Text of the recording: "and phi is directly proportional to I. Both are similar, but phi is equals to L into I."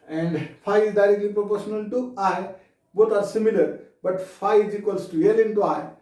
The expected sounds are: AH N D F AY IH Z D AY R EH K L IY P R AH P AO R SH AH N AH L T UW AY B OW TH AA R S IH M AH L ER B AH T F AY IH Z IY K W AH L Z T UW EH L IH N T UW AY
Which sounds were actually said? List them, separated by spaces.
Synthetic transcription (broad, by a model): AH N D F AY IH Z D AY R EH K L IY P R AH P AO R SH AH N AH L T UW AY B OW T AA R S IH M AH L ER B AH T F AY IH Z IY K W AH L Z T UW EH L IH N T UW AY